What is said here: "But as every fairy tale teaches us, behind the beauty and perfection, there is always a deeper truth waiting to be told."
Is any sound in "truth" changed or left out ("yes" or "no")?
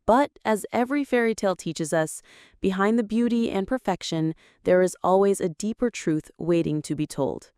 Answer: no